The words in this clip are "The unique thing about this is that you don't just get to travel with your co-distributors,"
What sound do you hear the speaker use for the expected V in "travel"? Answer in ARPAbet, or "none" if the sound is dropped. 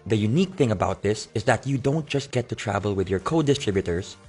V